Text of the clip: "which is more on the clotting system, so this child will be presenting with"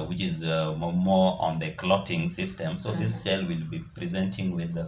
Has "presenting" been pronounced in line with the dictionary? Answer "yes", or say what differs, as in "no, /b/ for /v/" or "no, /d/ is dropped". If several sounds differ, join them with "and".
yes